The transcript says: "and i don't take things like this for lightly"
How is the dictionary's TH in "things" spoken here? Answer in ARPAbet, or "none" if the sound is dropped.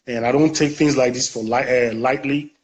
TH